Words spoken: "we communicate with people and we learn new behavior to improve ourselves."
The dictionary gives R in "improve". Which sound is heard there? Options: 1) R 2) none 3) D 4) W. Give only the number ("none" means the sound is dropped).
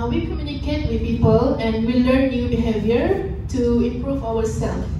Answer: 1